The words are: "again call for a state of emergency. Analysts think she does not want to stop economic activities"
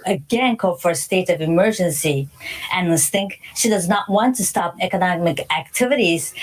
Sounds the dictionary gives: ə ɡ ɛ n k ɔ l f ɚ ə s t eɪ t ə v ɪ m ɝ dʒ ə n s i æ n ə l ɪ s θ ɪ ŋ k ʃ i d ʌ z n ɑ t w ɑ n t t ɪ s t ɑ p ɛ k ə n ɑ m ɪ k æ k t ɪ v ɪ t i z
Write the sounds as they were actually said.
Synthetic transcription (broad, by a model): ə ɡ ɛ n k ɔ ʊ f ɚ ə s t eɪ t ə v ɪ m ɝ dʒ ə n s i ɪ n l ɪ s θ ɪ ŋ k ʃ i d ʌ z n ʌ t w ɑ n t t ɪ s t ɑ p ɛ k ə n ɑ m ɪ k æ k t ɪ v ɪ t i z